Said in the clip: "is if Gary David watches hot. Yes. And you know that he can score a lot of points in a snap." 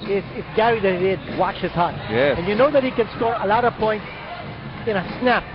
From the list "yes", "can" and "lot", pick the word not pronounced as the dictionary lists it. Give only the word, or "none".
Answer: yes